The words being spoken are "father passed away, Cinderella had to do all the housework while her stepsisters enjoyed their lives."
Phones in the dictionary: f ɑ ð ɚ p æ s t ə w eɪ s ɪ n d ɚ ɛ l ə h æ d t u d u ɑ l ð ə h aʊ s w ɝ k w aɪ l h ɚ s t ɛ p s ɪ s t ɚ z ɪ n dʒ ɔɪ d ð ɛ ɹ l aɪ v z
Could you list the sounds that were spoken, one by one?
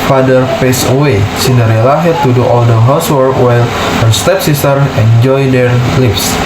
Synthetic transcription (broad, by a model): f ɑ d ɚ p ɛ s ə w eɪ s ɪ n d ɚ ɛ l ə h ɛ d t u d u ɑ l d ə h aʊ s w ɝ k w aɪ l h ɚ s t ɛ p s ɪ s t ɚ ɪ n dʒ ɔɪ d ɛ ɹ l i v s